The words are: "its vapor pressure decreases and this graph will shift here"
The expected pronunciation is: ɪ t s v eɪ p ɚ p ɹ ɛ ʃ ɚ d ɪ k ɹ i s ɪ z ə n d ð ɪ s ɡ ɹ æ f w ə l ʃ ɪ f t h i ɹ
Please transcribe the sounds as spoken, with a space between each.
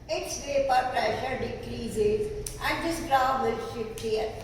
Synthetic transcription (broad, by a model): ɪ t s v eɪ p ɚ p ɹ ɛ ʃ ɚ d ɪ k ɹ i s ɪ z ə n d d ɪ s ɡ ɹ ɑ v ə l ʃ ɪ p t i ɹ